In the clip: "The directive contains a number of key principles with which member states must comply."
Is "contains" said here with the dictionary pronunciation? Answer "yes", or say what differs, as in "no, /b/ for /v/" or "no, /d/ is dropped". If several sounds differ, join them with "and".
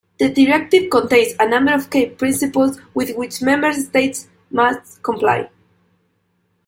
no, /s/ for /z/